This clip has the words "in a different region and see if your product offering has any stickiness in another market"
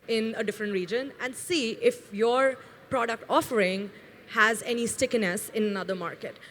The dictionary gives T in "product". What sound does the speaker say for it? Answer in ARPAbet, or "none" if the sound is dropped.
T